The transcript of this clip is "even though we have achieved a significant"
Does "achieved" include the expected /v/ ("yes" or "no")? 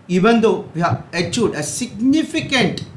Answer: no